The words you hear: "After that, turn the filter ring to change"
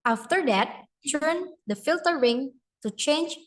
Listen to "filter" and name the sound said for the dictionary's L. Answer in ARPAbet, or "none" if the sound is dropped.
L